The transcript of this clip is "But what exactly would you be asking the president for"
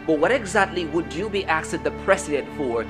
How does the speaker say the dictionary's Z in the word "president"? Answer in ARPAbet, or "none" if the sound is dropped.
S